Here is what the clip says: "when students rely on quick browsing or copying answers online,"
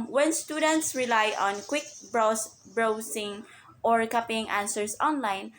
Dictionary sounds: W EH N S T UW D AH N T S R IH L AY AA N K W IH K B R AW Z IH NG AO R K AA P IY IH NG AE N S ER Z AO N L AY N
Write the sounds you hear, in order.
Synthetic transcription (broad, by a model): W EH N S T UW D AH N T S R IH L AY AA N K W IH K B R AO S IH NG AO R K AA P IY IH NG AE N S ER S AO N L AY N